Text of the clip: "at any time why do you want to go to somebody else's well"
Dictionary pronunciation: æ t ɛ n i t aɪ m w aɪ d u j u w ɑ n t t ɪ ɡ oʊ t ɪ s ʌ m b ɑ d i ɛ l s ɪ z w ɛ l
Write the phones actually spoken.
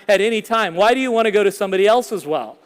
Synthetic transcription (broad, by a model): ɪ t ɛ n i t aɪ m w aɪ d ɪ j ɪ w ɑ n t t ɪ ɡ oʊ t ɪ s ʌ m b ɑ d i ɛ l s ɪ z w ɛ l